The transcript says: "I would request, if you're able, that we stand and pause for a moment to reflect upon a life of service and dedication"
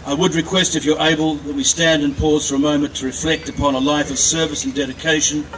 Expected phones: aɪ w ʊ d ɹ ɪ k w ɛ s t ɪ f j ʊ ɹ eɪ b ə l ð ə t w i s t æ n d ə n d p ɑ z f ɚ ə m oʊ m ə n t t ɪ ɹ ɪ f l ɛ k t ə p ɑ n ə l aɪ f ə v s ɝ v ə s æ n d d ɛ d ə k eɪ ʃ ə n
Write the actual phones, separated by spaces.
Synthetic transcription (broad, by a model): aɪ w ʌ d ɹ ɪ k w ɛ s t ɪ f j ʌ ɹ eɪ b ə l ð ə t w i s t æ n d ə n p ɑ z f ɚ ə m oʊ m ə n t t ɪ ɹ ɪ f l ɛ k t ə p ɑ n ə l aɪ f ə v s ɝ v ə s n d d ɛ d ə k eɪ ʃ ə n